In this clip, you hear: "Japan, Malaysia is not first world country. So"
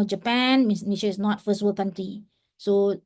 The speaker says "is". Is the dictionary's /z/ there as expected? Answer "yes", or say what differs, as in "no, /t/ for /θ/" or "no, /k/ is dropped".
no, /s/ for /z/